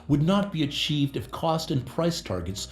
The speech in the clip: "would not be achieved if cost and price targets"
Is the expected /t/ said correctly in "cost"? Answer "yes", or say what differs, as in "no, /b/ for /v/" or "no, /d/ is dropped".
yes